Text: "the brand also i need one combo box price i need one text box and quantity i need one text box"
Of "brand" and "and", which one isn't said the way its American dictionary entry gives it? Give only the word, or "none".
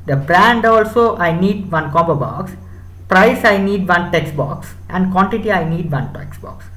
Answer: none